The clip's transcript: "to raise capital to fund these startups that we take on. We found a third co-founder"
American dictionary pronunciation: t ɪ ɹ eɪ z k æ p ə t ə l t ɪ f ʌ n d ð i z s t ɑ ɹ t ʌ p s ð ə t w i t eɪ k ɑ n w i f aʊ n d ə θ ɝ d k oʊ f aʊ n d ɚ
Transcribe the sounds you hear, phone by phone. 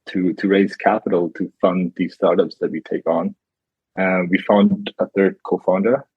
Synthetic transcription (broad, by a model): t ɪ ɹ eɪ z k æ p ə t l t ɪ f ʌ n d ð i z s t ɑ ɹ t ʌ p s ð ə t w i t eɪ k n w i f aʊ n d ə θ ɝ d k oʊ f aʊ n d ɚ